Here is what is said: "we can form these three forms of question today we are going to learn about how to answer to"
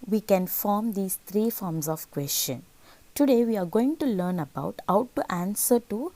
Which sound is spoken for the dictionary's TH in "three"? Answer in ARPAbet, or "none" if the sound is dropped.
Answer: T